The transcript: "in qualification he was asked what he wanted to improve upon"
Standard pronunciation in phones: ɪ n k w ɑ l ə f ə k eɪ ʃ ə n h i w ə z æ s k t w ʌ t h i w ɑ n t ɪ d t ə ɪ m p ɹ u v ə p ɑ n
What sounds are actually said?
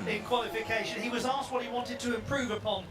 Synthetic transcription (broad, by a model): ɪ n k w ɑ l ə f ə k eɪ ʃ ə n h i w ə z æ s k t w ʌ t h i w ɑ n t ɪ d t ə ɪ m p ɹ u v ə p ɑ n